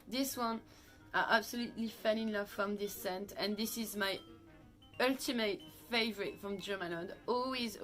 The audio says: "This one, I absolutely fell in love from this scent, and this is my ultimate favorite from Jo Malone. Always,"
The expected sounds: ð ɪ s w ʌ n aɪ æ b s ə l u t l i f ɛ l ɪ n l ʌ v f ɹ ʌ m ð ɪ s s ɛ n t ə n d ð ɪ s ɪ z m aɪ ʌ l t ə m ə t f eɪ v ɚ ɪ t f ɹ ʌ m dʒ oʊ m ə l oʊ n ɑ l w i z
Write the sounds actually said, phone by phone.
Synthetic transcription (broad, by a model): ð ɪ s w ʌ n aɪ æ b s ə l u t l i f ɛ n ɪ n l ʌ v f ɹ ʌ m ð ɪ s s ɛ n t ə n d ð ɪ s ɪ z m aɪ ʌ l t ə m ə t f eɪ v ɚ ɪ t f ɹ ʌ m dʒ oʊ m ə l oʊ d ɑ l w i z